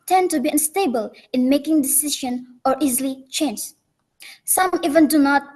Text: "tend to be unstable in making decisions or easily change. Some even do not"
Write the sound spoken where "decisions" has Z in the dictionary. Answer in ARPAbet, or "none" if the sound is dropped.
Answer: none